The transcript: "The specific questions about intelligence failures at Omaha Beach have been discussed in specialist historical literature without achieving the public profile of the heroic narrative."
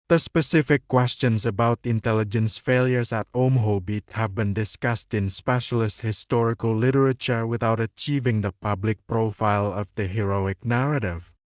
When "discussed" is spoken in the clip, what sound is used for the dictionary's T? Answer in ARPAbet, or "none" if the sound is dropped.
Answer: T